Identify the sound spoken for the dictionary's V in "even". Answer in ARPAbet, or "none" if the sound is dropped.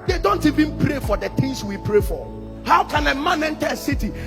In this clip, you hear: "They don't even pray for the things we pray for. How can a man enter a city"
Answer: V